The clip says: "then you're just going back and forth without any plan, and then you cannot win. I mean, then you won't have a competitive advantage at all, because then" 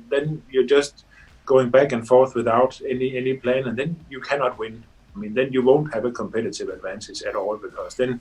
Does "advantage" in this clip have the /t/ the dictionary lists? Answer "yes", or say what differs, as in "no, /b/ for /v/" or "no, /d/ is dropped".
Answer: no, /s/ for /t/